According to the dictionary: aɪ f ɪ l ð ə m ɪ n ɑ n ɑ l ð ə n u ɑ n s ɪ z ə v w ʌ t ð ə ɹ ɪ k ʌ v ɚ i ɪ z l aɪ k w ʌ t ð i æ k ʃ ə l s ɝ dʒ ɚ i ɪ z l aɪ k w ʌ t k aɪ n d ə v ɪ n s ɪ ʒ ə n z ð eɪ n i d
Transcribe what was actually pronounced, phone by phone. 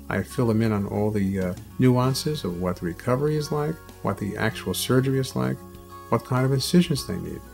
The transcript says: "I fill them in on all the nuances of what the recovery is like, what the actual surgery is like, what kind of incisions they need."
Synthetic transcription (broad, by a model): aɪ f ɪ l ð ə m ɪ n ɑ n ɑ l ð ə n u ɑ n s ɪ z ə v w ʌ t ð ə ɹ ɪ k ʌ v ɚ i ɪ z l aɪ k w ʌ t ð i æ k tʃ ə l s ɝ dʒ ɚ i ɪ z l aɪ k w ʌ t k aɪ n d ə v ɪ n s ɪ ʒ ə n z ð eɪ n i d